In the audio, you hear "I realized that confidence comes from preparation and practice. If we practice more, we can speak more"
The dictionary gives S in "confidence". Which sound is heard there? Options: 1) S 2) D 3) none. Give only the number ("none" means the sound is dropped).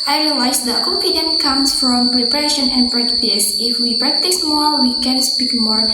3